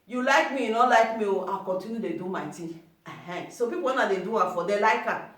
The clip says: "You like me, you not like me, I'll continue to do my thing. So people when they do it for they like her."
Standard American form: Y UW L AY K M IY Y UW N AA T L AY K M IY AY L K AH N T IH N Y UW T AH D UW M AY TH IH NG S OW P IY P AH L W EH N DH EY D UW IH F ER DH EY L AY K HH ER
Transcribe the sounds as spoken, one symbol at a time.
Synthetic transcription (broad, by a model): Y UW L AY K M IY Y UW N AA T L AY K M IY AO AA K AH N T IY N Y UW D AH D UW M AY T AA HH S OW P IY P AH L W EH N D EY D UW IH F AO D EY L AY K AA